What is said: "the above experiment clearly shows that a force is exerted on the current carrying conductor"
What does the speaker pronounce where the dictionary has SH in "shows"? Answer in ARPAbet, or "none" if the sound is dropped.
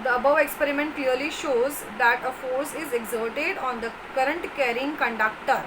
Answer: SH